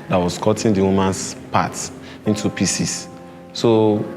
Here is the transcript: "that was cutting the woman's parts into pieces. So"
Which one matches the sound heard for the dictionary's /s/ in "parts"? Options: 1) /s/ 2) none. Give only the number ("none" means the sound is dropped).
2